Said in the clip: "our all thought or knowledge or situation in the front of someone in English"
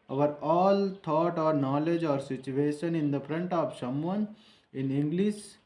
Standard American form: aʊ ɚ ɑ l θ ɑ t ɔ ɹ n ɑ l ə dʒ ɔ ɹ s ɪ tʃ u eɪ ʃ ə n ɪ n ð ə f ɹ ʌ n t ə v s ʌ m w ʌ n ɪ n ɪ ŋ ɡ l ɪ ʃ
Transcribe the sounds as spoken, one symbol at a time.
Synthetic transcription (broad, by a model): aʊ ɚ ɑ l t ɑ t ɔ ɹ n ɑ l ə dʒ ɔ ɹ s ɪ tʃ u eɪ ʃ ə n ɪ n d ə f ɹ ʌ n t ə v ʃ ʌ m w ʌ n ɪ n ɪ ŋ ɡ l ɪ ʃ